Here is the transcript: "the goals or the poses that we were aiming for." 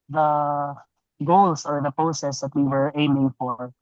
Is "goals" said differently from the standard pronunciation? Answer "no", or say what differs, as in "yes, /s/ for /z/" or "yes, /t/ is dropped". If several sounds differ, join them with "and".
yes, /s/ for /z/